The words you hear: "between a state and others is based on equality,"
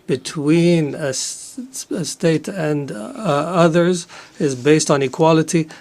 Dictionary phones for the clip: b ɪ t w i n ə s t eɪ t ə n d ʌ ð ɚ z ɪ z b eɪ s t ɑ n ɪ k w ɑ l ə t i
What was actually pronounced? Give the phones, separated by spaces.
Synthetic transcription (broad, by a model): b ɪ t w i n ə s t eɪ t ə n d ʌ ð ɚ z ɪ z b eɪ s t n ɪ k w ɑ l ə t i